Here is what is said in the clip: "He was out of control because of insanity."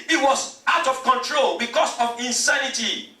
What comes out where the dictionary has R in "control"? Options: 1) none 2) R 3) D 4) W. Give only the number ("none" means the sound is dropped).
2